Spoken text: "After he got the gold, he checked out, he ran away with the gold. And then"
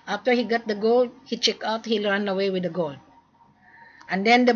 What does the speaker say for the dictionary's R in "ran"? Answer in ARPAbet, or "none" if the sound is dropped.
L